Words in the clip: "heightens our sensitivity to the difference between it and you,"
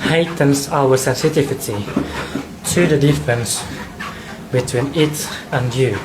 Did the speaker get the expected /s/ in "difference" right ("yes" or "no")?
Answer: yes